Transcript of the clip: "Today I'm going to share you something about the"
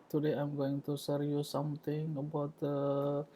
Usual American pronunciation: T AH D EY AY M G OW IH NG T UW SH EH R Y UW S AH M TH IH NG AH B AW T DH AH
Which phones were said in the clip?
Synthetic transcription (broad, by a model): T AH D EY AY M G OW IH NG T UW S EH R Y UW S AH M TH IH NG AH B AW T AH